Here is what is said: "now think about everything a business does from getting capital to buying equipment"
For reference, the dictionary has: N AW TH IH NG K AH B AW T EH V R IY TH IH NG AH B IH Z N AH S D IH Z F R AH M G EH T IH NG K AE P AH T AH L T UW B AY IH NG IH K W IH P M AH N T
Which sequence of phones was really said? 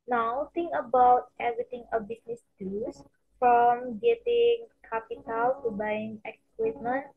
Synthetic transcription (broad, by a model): N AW T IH NG K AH B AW T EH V R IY T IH NG AH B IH S N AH S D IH S F R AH M G EH T IH NG K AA P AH T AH L T UW B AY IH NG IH K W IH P M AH N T